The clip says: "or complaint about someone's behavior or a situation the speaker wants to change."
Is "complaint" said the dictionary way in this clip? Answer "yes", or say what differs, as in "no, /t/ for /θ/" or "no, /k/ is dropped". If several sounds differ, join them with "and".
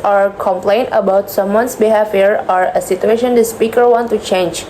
yes